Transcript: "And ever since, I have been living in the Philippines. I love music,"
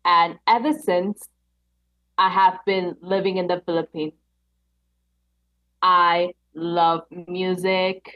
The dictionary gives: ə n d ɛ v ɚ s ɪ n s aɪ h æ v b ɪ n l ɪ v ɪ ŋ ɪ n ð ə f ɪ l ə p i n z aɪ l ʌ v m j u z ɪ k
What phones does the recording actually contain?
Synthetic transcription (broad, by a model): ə n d ɛ v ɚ s ɪ n s aɪ h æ v b ɪ n l ɪ v ɪ ŋ ɪ n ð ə f ɪ l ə p i n aɪ l ʌ v m j u z ɪ k